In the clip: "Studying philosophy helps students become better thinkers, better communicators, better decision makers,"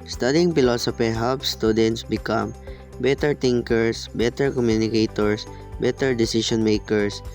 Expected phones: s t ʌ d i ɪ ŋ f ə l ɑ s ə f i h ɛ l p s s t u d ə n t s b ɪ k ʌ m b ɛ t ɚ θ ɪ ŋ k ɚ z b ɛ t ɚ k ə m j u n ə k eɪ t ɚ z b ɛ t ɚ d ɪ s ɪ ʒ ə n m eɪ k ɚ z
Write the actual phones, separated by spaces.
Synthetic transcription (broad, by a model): s t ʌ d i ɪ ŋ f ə l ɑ s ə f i h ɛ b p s s t u d ə n t s b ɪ k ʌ m b ɛ t ɚ t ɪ ŋ k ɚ s b ɛ t ɚ k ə m j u n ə k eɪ t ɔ s b ɛ t ɚ d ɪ s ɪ ʃ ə n m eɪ k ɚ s